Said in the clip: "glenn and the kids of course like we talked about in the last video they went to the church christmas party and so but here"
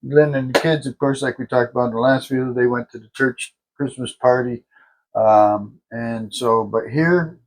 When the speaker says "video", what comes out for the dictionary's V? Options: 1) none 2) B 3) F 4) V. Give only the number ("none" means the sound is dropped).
3